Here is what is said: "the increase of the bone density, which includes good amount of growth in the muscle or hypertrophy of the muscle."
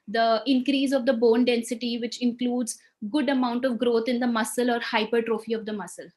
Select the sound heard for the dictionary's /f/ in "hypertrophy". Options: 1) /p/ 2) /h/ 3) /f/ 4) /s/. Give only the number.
3